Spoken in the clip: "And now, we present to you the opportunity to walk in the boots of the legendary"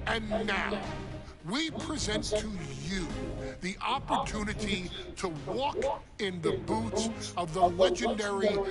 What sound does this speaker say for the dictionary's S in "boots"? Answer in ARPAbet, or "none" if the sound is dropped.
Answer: S